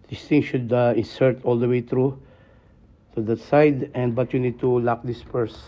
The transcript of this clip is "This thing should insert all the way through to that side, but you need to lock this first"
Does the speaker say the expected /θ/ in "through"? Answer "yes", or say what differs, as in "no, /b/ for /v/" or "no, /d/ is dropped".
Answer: no, /t/ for /θ/